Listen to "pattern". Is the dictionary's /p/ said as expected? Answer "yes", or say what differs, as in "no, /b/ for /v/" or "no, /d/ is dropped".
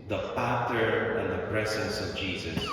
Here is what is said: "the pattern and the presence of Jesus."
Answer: no, /f/ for /p/